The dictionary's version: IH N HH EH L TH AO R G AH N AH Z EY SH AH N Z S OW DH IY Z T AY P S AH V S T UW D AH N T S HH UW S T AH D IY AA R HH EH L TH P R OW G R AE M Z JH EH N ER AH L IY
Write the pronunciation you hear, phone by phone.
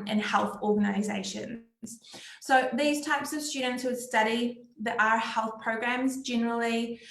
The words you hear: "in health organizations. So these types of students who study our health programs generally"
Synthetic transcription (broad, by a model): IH N HH EH L TH AO R G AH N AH Z EY SH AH N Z S OW DH IY Z T AY P S AH V S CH UW D N T S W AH S T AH D IY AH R HH EH L TH P R OW G R AE M Z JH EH N ER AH L IY